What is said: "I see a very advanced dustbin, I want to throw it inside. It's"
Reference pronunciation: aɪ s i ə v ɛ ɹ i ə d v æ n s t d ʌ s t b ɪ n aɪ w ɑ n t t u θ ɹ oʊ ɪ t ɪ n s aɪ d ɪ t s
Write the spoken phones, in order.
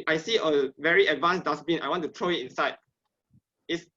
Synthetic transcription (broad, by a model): aɪ s i ə v ɛ ɹ i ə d v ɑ n s d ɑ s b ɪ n aɪ w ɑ n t t u t ɹ oʊ ɪ t ɪ n s aɪ d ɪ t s